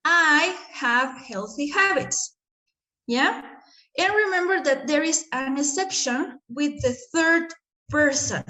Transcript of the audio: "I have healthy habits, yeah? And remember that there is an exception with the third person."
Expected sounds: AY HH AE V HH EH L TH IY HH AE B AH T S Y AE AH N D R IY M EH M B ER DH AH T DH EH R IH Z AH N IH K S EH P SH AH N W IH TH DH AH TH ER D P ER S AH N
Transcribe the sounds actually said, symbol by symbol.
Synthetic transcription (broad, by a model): AY HH AE V HH EH L TH IY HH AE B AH T S Y AE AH N R IY M EH M B ER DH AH T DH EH R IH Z AH N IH S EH P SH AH N W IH DH AH TH ER D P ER S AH N